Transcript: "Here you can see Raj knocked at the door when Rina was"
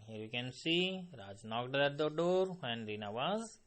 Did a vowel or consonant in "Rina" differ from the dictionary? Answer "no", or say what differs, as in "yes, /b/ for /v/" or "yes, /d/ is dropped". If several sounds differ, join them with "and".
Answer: no